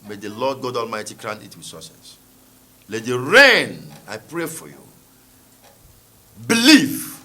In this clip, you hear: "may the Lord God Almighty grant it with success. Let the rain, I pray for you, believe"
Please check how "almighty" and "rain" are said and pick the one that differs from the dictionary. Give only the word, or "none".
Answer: none